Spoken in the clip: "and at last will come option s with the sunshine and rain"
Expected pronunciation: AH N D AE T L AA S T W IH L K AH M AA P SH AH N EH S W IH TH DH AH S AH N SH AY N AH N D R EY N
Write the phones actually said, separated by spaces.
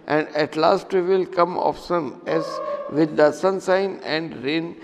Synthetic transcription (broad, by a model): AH N D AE T L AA S T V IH L K AH M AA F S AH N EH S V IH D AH S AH N S AY N AH N D R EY N